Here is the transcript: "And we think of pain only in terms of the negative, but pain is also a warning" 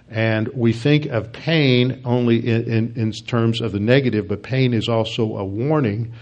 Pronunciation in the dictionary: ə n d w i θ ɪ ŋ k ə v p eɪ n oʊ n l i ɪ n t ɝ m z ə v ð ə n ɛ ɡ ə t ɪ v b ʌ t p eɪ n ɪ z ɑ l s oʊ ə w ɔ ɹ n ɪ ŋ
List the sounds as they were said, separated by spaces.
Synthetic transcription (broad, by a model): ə n w i θ ɪ ŋ k ə v p eɪ n oʊ n l i ɪ n t ɝ m z ə v ð ə n ɛ ɡ ə t ɪ v b ʌ t p eɪ n ɪ z ɑ l s oʊ ə w ɔ ɹ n ɪ ŋ